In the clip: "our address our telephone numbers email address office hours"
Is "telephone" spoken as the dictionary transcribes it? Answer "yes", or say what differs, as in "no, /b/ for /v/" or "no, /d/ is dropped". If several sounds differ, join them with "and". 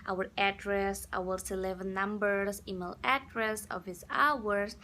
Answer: no, /s/ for /t/